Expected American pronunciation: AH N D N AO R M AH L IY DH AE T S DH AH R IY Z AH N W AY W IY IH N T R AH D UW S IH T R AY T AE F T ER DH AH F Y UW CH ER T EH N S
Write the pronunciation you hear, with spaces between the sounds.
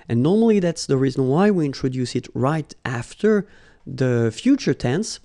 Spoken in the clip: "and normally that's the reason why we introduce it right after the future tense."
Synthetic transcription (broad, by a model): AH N N AO R M AH L IY DH AE T S DH AH R IY Z AH N W AY W IY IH N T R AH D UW S IH T R AY T AE F T ER DH AH F Y UW CH ER T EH N S